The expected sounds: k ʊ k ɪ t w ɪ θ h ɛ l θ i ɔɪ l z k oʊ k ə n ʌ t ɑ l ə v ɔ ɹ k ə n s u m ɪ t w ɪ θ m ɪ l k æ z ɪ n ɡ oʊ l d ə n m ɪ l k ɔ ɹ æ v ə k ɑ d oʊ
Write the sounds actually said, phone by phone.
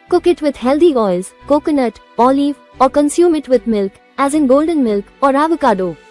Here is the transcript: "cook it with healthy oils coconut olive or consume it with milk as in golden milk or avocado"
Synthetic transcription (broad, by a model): k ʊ k ɪ t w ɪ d h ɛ l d i ɔɪ l z k oʊ k ə n ʌ t ɑ l ə v ɔ ɹ k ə n s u m ɪ t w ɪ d m ɪ l k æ z ɪ n ɡ oʊ l d ə n m ɪ l k ɔ ɹ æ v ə k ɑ d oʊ